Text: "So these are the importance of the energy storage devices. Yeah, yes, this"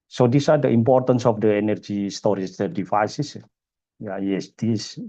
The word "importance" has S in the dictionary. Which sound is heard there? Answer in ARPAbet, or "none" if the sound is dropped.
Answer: S